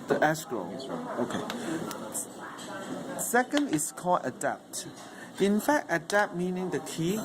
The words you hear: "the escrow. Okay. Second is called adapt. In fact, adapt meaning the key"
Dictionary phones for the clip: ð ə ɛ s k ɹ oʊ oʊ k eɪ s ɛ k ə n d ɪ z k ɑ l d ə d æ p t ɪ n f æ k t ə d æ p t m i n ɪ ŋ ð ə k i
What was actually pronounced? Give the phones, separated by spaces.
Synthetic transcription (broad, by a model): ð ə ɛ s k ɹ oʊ oʊ k eɪ s ɛ k ə n d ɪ s k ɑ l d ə d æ p t ɪ n f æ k t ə d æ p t m i n ɪ ŋ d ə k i